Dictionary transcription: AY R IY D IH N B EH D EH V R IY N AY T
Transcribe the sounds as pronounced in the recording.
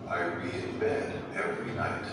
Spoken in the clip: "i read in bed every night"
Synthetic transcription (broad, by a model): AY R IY IH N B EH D EH V R IY N AY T